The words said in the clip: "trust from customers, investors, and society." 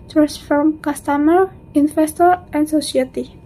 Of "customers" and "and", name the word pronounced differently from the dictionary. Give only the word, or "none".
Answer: customers